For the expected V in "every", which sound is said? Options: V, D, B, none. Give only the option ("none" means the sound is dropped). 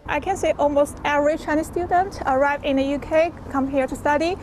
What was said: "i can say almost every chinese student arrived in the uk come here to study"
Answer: none